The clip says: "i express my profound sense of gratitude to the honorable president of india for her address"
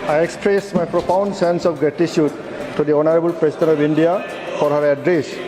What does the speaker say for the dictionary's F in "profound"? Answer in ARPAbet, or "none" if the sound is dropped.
P